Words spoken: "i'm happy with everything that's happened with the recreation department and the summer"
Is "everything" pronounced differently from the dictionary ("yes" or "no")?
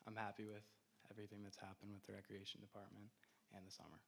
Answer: no